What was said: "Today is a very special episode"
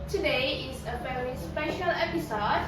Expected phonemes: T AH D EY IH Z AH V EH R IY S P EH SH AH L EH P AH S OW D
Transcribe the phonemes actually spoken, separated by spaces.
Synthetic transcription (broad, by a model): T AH D EY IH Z AH F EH L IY S P EH SH AH L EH P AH S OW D